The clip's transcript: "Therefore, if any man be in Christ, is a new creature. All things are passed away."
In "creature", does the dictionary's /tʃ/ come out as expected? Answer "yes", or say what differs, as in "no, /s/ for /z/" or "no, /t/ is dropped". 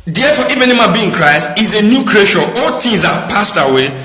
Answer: no, /ʃ/ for /tʃ/